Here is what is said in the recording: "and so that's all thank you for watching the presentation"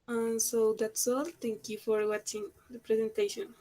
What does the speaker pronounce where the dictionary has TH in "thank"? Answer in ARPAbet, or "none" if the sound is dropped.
T